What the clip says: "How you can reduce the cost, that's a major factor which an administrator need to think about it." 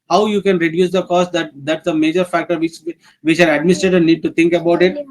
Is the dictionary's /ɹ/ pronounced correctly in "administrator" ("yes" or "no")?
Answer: no